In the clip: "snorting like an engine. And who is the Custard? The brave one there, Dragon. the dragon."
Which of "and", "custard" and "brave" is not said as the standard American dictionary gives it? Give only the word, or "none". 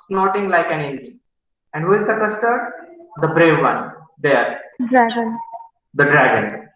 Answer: none